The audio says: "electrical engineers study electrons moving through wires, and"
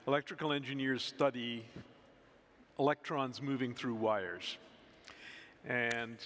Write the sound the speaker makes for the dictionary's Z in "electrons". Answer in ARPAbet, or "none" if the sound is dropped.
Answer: Z